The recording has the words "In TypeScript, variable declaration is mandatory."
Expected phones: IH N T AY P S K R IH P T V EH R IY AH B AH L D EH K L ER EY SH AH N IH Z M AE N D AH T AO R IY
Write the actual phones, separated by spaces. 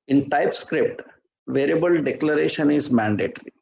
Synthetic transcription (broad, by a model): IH N T AY P S K R IH P T V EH R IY B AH L D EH K L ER EY SH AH N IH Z M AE N D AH T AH R IY